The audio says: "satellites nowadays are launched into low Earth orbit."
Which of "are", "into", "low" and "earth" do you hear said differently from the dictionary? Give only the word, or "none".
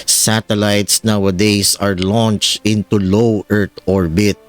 earth